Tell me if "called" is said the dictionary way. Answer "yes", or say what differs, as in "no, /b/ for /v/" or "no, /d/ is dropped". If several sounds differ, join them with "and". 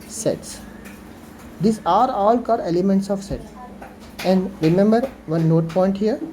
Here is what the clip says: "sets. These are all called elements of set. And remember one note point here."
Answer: no, /l/ is dropped